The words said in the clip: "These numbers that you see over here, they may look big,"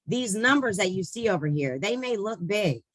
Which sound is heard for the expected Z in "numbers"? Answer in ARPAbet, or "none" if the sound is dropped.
Z